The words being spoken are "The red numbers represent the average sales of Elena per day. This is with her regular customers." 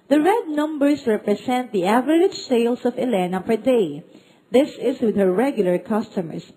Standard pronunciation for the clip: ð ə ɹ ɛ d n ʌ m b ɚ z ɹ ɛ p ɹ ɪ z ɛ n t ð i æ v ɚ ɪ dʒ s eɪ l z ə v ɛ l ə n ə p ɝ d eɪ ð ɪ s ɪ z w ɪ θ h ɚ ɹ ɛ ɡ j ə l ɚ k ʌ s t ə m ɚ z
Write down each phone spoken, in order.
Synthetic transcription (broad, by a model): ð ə ɹ ɛ d n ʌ m b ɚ s ɹ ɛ p ɹ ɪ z ɛ n t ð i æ v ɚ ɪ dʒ s eɪ l s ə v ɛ l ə n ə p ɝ d eɪ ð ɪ s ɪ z w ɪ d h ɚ ɹ ɛ ɡ j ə l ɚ k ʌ s t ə m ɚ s